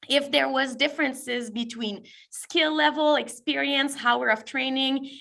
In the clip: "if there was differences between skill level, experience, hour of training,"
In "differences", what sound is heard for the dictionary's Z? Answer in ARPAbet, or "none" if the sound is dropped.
Z